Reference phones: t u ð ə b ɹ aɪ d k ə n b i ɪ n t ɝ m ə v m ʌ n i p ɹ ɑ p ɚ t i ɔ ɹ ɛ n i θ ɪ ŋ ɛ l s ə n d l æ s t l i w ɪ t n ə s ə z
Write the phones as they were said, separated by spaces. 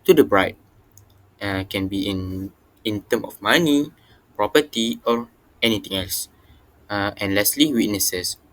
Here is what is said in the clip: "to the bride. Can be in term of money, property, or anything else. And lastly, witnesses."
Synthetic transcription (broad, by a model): t u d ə b ɹ aɪ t k ə n b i ɪ n t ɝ m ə f m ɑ n i p ɹ ɑ p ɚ t i ɔ ɹ ɛ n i t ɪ ŋ ɛ l s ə n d l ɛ s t l i w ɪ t n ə s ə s